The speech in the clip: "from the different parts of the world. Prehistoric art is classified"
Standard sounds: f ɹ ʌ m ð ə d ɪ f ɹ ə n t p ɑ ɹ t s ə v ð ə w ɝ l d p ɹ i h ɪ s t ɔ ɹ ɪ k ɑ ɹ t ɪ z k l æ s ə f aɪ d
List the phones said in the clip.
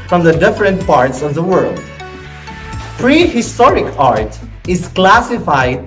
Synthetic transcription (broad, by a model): f ɹ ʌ m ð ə d ɪ f ɹ ə n t p ɑ ɹ t s ə v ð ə w ɝ l d p ɹ i h ɪ s t ɔ ɹ ɪ k ɑ ɹ t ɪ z k l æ s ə f aɪ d